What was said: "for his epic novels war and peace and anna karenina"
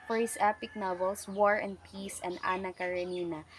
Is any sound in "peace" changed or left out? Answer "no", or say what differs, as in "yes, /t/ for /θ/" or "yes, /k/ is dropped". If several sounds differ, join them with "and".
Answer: no